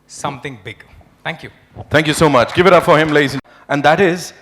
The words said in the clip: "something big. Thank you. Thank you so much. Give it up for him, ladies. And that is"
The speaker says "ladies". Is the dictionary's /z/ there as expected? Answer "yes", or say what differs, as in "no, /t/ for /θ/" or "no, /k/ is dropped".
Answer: no, /z/ is dropped